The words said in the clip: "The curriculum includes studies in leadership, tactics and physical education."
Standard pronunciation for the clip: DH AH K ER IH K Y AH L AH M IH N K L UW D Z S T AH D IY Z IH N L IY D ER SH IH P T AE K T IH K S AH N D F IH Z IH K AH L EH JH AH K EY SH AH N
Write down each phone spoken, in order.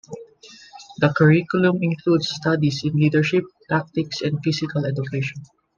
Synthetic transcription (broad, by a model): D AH K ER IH K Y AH L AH M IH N K L UW D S T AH D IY S IH N L IY D ER SH IH P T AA K T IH K S AH N D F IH S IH K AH L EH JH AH K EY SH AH N